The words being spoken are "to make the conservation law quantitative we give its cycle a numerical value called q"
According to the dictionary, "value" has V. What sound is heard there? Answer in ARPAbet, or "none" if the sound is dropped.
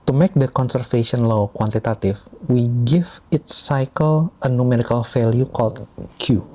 F